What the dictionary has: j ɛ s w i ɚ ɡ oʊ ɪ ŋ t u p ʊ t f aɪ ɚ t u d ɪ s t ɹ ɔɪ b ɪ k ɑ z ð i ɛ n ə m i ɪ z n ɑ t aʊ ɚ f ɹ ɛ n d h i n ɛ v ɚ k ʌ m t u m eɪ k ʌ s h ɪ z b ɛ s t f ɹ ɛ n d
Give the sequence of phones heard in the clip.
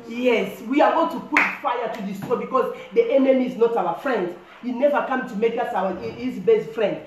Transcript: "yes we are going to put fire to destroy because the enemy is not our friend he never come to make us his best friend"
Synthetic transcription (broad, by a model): j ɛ s w i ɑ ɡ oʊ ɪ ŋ t u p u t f aɪ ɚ t u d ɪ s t ɔɪ b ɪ k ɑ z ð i ɛ n ə m i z n ɑ t aʊ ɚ f ɹ ɛ n d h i n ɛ v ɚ k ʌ m t u m eɪ k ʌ s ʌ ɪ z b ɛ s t f ɹ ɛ n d